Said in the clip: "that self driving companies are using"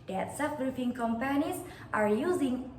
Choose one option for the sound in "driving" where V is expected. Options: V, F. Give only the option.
F